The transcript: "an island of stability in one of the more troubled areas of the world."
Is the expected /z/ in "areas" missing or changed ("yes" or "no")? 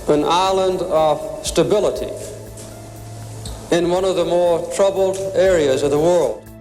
no